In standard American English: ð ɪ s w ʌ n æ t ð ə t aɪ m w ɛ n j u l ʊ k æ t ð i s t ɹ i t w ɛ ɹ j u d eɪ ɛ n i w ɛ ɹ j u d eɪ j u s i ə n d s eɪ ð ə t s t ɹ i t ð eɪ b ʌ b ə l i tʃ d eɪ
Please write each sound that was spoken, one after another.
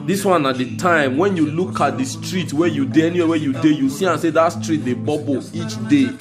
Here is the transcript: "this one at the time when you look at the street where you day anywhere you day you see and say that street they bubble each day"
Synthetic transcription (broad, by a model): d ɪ s w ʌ n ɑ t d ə t aɪ m w ɛ n j u l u k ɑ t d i s t ɹ i t w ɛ j u d eɪ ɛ n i w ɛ w j u d eɪ j u s i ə n s eɪ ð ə t s t ɹ i t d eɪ b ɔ b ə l i tʃ d eɪ